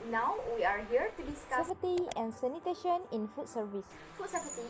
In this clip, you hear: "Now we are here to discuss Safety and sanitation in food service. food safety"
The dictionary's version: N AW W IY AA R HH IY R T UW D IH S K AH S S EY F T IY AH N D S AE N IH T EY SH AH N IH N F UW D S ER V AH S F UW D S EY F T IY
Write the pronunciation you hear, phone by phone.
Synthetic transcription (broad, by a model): N AW W IY AA R HH IY R T UW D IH S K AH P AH T IY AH N S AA N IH T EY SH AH N IH N F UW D S ER V AH S F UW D S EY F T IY